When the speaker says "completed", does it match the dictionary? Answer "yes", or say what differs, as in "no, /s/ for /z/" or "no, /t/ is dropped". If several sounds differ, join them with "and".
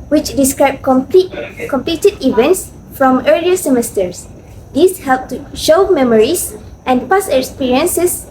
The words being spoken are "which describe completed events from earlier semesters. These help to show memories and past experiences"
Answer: yes